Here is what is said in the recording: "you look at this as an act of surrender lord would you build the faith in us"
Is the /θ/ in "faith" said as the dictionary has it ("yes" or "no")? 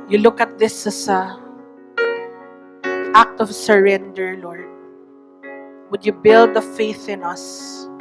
yes